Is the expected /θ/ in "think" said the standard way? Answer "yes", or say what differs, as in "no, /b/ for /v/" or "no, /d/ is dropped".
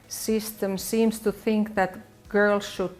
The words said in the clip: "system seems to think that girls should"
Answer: yes